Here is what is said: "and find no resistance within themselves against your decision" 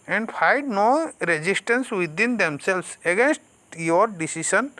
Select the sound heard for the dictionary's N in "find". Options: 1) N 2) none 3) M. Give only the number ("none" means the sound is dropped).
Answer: 2